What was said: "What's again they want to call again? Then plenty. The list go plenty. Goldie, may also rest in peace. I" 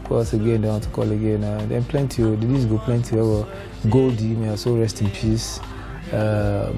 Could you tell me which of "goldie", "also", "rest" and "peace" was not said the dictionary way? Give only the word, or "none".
also